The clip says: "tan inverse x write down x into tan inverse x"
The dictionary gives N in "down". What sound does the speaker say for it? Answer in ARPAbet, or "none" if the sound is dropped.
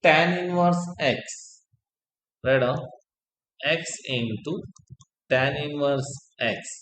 none